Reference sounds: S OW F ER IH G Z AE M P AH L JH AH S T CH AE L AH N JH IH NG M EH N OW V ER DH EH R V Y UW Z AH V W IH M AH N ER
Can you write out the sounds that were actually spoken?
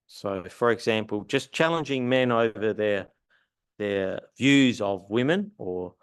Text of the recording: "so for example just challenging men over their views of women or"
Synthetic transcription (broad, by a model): S OW F ER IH G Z AE M P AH L JH AH S CH AE L AH N JH IH NG M EH N OW V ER DH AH R V Y UW Z AH V W IH M AH N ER